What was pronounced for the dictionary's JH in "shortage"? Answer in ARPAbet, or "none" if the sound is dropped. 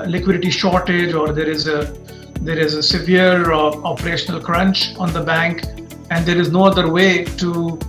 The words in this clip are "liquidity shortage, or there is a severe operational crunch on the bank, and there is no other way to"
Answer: JH